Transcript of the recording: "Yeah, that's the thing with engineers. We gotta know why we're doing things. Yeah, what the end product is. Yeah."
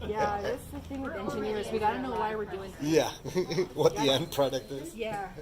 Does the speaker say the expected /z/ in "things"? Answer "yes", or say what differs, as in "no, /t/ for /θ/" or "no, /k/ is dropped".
no, /z/ is dropped